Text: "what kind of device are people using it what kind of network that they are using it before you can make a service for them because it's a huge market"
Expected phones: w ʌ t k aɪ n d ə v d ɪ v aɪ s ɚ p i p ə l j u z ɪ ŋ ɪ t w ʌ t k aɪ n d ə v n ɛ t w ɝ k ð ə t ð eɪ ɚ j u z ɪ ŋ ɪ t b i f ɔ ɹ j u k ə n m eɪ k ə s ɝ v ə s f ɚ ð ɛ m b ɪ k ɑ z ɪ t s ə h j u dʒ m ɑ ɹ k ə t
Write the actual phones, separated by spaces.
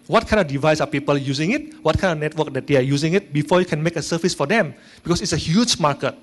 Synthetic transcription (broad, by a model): w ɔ t k aɪ n d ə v d ɪ v aɪ s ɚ p i p ə l j u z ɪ ŋ ɪ t w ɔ t k aɪ n d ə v n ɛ t w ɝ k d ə t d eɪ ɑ j u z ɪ ŋ ɪ t b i f ɔ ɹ j u k ə n m eɪ k ə s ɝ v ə s f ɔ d ɛ m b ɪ k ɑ s ɪ t s ə h j u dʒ m ɑ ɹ k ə t